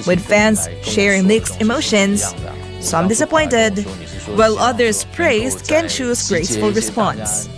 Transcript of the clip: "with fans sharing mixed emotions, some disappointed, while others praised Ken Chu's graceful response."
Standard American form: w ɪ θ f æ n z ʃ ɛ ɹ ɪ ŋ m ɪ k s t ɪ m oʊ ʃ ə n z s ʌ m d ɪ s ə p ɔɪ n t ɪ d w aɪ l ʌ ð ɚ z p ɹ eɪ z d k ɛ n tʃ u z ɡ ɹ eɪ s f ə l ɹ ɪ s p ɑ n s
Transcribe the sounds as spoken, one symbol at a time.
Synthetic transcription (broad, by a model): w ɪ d f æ n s ʃ ɛ ɹ ɪ ŋ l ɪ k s ɪ m oʊ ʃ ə n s s ʌ m d ɪ s ə p ɔɪ n t ɪ d w aɪ l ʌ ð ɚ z p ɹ eɪ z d k ɛ n tʃ u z ɡ ɹ eɪ s f ə l ɹ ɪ s p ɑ n s